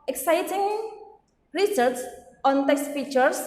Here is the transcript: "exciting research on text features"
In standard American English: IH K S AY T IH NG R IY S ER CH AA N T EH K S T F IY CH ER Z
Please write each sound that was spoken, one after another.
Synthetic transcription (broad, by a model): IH K S AY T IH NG R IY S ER S AA N T EH K S T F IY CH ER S